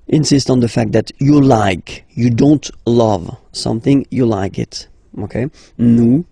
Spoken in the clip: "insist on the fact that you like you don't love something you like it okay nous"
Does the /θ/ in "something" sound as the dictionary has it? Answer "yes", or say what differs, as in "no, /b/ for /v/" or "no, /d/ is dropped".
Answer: yes